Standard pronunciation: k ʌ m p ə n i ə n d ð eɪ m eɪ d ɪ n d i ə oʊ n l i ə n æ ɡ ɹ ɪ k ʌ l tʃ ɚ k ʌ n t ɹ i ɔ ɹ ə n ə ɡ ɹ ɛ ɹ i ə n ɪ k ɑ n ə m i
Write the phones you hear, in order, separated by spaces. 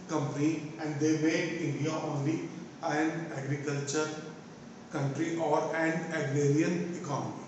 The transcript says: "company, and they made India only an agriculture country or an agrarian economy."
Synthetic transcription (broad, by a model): k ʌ m p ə n i ə n d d eɪ m eɪ d ɪ n d i ə oʊ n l i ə n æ ɡ ɹ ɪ k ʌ l tʃ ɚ k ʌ n t ɹ i ɔ ɹ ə n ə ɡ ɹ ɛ ɹ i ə n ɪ k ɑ n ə m i